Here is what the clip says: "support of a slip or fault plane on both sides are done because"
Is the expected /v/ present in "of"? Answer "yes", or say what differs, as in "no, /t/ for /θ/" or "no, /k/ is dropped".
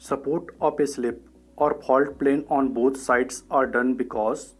no, /p/ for /v/